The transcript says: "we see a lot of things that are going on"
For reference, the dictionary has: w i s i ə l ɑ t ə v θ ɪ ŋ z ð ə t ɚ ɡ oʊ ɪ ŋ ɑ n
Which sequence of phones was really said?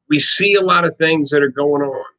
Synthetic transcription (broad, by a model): w i s i ə l ɑ t ə v θ ɪ ŋ z ð ə t ɚ ɡ oʊ ɪ ŋ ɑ n